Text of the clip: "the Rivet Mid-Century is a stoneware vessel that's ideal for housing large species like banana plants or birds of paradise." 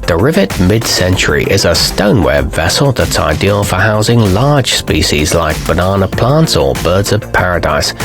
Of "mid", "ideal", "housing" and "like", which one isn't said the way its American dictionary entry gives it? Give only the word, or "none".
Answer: none